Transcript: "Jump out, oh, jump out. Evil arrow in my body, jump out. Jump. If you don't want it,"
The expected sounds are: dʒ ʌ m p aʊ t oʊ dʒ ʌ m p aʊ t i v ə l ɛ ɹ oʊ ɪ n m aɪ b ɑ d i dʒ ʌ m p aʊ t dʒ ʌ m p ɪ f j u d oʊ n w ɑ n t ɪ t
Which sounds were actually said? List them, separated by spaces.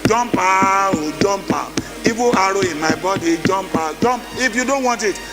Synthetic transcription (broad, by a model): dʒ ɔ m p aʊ oʊ dʒ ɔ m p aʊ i b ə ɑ ɹ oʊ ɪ m aɪ b ɑ d i dʒ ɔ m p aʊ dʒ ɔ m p ɪ f j u d oʊ n w ɑ n t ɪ t